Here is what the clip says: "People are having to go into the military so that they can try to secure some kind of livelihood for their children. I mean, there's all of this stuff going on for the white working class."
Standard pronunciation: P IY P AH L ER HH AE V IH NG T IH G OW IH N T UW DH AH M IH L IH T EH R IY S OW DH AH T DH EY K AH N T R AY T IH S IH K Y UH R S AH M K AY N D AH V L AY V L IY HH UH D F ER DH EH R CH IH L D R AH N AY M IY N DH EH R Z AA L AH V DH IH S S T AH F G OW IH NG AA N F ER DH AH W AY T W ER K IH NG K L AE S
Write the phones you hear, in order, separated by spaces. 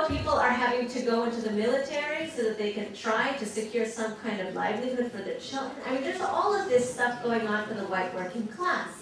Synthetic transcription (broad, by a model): P IY P L ER HH AE V IH NG T IH G OW IH N T UW DH AH M IH L IH T EH R IY S OW DH AH T DH EY K AH N T R AY T IH S IH K Y UH R S AH M K AY N D AH V L AY V L IY HH UH D F ER DH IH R CH IH L D R AH N AY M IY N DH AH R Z AA L AH V DH IH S S T AH F G OW IH NG AA N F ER DH AH W AY T W ER K IH NG K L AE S